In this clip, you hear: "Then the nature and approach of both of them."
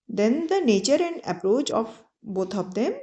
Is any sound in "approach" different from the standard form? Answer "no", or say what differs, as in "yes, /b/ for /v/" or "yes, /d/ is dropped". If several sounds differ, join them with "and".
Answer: no